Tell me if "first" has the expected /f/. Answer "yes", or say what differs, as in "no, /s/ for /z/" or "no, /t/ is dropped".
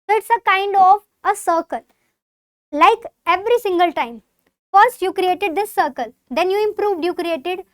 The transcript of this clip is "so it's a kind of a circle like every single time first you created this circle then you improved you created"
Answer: yes